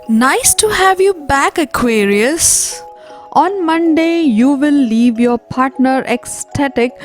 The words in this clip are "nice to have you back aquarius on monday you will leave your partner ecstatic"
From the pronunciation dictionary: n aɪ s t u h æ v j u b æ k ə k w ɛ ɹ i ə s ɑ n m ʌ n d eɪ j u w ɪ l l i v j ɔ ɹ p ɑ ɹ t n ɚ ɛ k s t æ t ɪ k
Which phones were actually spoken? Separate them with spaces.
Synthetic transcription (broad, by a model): n aɪ s t u h æ v j u b æ k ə k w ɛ ɹ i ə s ɑ n m ʌ n d eɪ j u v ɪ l l i v j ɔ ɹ p ɑ ɹ t n ɚ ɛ k s t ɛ t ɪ k